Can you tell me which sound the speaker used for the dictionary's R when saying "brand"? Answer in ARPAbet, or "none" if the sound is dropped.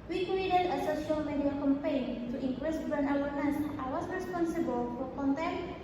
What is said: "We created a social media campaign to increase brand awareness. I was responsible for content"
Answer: none